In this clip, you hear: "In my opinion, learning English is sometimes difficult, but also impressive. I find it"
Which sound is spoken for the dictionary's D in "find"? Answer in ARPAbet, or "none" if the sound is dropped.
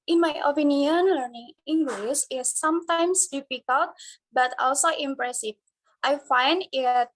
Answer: D